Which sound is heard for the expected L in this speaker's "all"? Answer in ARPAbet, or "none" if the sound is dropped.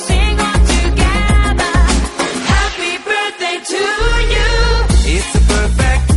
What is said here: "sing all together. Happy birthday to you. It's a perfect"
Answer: N